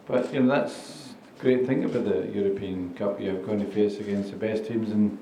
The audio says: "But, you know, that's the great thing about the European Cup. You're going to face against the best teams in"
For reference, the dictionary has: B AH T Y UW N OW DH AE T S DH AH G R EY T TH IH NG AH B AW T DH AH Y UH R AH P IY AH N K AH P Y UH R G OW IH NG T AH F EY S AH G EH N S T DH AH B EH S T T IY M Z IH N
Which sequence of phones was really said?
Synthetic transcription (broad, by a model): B AH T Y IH N OW DH AE T S G R EY T TH IH NG AH B AW T DH AH Y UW R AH P IY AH N K AH P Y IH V G OW IH NG T AH F EY S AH G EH N S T DH AH B EH S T T IY M Z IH N